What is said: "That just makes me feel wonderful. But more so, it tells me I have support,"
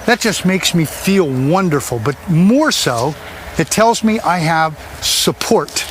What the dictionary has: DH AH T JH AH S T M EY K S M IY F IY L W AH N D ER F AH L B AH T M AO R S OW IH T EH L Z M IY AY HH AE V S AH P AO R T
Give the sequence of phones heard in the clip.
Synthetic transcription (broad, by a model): DH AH T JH AH S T M EY K S M IY F IY L W AH N D ER F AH L B AH T M AO R S OW IH T EH L Z M IY AY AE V S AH P AO R T